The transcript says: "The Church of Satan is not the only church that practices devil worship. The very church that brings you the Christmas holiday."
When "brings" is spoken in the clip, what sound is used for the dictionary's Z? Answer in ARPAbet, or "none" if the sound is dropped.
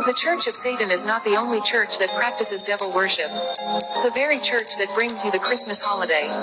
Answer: Z